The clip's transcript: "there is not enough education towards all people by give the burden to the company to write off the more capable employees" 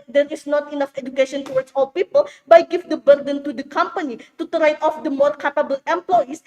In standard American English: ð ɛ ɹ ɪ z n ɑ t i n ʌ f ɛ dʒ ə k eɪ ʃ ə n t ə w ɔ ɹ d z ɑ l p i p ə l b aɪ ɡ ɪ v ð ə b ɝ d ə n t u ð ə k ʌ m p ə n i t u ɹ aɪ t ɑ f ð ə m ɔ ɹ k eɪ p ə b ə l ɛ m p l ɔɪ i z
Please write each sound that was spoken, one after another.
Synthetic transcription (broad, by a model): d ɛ ɹ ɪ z n ɑ t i n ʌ f ɛ dʒ ə k eɪ ʃ ə n t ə w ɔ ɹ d s ɑ l p i p ə l b aɪ ɡ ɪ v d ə b ɝ d ə n t u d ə k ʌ m p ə n i t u ɹ aɪ t ɑ f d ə m ɔ ɹ k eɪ p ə b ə l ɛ m p l ɔɪ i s